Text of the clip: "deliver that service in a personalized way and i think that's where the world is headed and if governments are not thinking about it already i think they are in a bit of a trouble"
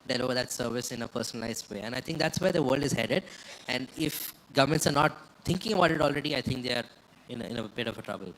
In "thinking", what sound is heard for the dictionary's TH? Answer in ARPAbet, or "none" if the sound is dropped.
T